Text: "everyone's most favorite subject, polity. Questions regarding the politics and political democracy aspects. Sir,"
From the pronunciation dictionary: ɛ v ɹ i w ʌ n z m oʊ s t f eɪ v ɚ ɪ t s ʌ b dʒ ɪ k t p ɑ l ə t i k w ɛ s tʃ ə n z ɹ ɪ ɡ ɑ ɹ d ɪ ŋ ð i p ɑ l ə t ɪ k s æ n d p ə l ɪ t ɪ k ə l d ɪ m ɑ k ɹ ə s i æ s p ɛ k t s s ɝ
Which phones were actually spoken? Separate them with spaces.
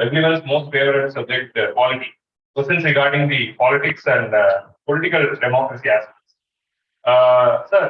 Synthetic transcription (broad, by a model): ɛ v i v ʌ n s m oʊ s t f eɪ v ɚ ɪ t s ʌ b dʒ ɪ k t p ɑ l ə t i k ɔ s ə n s ɹ ɪ ɡ ɑ ɹ d ɪ ŋ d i p ɑ l ə t ɪ k s æ n d p ə l ɪ t ɪ k ə l d ɪ m ɑ k ɹ ə s i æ s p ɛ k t s s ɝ